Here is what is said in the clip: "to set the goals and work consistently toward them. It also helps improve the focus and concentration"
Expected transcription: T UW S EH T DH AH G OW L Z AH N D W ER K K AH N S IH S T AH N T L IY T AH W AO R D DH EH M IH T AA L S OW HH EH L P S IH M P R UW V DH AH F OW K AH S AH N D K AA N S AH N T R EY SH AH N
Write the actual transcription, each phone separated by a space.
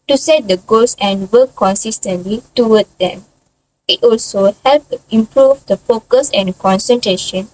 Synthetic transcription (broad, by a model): T UW S EH T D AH G OW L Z AH N D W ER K K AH N S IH S T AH N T L IY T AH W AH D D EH M IH T AA L S OW HH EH L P IH M P R UW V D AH F OW K AH S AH N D K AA N S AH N T R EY SH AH N